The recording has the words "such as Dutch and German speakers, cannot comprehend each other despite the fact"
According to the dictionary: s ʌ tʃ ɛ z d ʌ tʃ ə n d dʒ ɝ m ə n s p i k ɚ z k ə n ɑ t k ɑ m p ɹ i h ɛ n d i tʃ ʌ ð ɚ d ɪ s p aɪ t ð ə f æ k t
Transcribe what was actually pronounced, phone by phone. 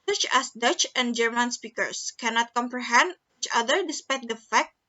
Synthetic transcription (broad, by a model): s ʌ tʃ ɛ s d ʌ tʃ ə n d dʒ ɝ m ə n s p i k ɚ s k ə n ɑ t k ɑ m p ɹ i h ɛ n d i tʃ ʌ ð ɚ d ɪ s p aɪ t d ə f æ k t